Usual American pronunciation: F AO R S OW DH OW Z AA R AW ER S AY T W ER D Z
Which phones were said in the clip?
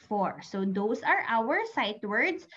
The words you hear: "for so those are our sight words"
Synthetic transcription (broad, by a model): F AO R S OW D OW S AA R AW ER S AY T W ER D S